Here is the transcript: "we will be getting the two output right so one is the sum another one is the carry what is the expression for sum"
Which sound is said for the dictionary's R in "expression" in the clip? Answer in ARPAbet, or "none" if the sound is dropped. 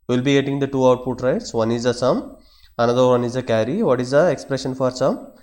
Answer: R